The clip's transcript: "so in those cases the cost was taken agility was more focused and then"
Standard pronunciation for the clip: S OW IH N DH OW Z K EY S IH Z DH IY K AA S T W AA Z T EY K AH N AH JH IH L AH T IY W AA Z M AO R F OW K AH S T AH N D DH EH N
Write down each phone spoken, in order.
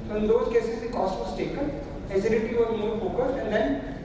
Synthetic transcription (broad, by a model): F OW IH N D OW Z K EY S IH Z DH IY K AA S T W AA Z T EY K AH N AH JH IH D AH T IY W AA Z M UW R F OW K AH T AH N D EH N